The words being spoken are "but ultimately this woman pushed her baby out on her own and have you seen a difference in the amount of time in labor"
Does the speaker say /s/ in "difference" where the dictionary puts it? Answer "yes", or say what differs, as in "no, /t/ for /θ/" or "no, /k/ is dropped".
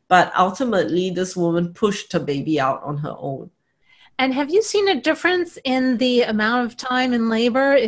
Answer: yes